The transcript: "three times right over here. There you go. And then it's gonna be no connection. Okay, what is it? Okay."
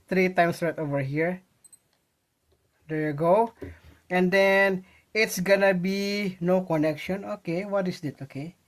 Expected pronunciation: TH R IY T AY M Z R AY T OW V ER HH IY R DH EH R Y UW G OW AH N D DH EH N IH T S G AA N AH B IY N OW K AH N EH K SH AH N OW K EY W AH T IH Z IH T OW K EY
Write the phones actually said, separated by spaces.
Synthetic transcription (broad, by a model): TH R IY T AY M S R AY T OW V ER HH IY R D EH R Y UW G OW AH N D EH N IH T S G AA N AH B IY N OW K AH N EH K SH AH N OW K EY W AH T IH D IH T OW K EY